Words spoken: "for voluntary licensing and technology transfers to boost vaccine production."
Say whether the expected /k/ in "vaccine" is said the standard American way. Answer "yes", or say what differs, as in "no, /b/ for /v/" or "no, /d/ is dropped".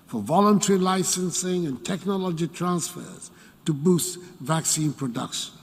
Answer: yes